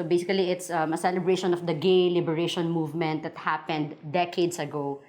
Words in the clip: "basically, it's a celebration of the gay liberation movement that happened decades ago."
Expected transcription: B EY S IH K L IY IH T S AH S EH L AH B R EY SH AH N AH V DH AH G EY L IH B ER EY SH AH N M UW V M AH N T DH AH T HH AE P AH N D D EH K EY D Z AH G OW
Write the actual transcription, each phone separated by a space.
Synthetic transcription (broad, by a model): B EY S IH K L IY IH T S AH S EH L AH B R EY SH AH N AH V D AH G EY L IH B ER EY SH AH N M UW V M AH N T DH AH T HH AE P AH N D D EH K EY D S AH G OW